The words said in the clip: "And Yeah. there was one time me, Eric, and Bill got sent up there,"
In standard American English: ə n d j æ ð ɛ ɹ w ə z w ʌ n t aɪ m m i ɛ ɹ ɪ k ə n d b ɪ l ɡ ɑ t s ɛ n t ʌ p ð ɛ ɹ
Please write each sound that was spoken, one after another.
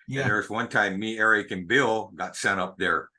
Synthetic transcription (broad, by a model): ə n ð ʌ ɹ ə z w ʌ n t aɪ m m i ɛ ɹ ɪ k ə n b ɪ l ɡ ɑ t s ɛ t ʌ p ð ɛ ɹ